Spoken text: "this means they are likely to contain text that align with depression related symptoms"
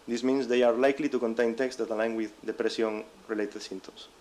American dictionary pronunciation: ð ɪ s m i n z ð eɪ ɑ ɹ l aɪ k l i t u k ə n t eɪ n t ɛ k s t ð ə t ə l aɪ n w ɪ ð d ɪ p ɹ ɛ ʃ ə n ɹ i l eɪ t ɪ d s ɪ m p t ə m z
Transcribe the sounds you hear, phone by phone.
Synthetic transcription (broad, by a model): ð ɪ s m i n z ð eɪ ɑ ɹ l aɪ k l i t u k ə n t eɪ n t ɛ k s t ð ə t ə l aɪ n w ɪ ð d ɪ p ɹ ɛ s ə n ɹ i l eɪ t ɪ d s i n t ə m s